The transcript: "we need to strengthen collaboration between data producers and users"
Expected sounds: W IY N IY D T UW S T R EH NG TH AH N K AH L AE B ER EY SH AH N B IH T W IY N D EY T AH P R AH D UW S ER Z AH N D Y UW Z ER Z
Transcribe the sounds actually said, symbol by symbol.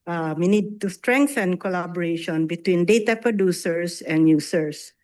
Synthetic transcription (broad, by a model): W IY N IY D T UW S T R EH NG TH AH N K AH L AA B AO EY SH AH N B IH T W IY N D EY T AH P R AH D UW S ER S AH N D Y UW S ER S